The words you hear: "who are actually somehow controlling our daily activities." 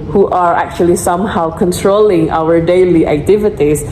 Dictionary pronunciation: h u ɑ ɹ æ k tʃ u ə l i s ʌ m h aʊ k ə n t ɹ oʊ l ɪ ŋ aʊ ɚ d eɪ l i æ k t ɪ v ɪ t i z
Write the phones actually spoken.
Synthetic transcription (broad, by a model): h u ɑ ɹ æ k tʃ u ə l i s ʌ m h aʊ k ə n t ɹ oʊ l ɪ ŋ aʊ ɚ d eɪ l i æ k t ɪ v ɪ t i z